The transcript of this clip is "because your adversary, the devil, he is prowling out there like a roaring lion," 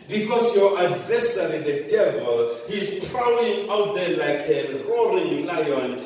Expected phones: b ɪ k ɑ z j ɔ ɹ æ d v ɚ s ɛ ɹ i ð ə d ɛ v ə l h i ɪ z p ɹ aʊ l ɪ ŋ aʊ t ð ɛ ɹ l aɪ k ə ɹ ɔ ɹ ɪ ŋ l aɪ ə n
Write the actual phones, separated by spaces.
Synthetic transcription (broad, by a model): b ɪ k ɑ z j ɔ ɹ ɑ d v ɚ s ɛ ɹ i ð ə d ɛ v ə l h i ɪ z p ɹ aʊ ɪ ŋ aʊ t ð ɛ l aɪ k ə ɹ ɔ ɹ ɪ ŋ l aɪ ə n